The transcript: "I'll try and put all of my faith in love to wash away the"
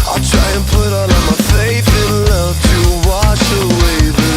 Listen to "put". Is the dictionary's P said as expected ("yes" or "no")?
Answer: yes